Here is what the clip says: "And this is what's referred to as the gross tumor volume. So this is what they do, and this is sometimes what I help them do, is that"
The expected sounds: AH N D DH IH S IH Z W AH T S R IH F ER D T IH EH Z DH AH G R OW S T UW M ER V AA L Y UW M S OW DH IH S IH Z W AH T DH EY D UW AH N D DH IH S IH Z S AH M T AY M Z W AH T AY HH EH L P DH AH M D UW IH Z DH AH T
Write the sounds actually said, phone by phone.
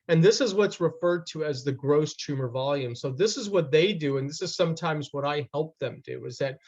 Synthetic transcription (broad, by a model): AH N DH IH S IH Z W AH T S R IH F ER D T IH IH Z DH AH G R OW S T UW M ER V AA L Y UW M S OW DH IH S IH Z W AH T DH EY D UW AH N DH IH S IH Z S AH M T AY M Z W AH T AY HH EH L P DH AH M D UW IH Z DH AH T